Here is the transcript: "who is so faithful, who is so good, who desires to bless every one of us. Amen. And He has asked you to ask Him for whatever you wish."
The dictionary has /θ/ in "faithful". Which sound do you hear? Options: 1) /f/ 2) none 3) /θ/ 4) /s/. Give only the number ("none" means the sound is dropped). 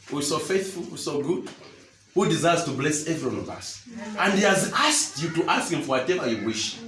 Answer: 3